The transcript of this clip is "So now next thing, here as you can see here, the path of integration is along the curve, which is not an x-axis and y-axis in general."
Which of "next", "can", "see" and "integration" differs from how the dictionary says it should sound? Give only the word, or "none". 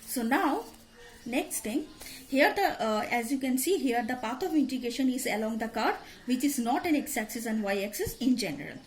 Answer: integration